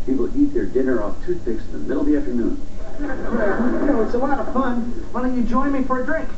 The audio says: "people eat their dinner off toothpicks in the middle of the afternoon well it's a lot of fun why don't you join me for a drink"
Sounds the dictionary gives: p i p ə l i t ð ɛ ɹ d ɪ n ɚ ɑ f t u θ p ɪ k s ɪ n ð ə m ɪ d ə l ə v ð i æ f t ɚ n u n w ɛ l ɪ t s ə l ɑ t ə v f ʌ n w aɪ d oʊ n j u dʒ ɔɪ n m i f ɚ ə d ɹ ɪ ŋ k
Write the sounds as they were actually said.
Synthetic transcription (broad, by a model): p i p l i t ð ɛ ɹ d ɪ n ɚ ɑ f t u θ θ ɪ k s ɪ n ð ə m ɪ d l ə ð i æ f t ɚ n u n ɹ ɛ w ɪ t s ə w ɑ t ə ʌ f ʌ n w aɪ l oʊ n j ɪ dʒ ɔɪ n m i f ɚ ə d ɹ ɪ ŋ k